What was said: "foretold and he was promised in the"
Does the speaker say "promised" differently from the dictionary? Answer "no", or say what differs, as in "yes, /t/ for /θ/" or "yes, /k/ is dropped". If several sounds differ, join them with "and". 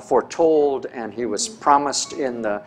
no